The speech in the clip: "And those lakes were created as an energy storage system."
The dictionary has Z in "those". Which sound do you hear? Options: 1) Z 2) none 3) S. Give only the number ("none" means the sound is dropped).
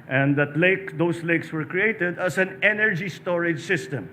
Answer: 3